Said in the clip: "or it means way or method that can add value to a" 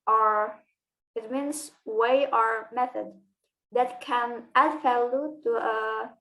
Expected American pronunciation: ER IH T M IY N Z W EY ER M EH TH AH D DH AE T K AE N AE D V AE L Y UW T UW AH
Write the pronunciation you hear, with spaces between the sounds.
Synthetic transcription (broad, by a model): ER IH T M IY N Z W EY ER M EH TH AH D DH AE T K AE N AE D F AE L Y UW T UW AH